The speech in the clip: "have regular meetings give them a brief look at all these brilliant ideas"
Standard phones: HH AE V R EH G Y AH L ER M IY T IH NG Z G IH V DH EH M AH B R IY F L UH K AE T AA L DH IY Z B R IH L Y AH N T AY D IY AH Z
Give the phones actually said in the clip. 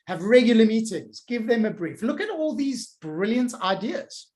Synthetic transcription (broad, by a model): HH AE V R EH G Y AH L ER M IY T IH NG Z G IH V DH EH M AH B R IY F L UH K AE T AA L DH IY Z B R IH L Y AH N T AY D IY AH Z